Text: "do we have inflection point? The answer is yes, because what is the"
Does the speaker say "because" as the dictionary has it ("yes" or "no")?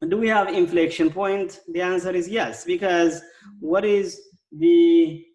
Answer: yes